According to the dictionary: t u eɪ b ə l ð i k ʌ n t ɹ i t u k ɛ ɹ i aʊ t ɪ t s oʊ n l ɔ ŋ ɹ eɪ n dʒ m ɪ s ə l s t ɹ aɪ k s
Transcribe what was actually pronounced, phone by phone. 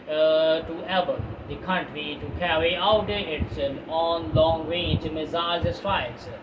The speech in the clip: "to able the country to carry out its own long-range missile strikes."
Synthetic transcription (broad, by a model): t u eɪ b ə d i k ʌ n t ɹ i t u k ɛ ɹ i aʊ t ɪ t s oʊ n l ɔ ŋ ɹ eɪ n dʒ m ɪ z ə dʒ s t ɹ aɪ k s